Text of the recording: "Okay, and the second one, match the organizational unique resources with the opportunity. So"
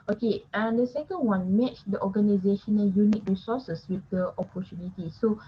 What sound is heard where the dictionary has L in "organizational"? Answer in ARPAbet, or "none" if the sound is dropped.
N